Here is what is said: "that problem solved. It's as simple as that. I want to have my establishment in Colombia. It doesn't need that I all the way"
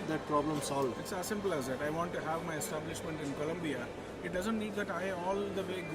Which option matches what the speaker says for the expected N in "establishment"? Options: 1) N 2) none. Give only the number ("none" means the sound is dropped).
1